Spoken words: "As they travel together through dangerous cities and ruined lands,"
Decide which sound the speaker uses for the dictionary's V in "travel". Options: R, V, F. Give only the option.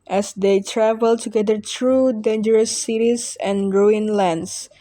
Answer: V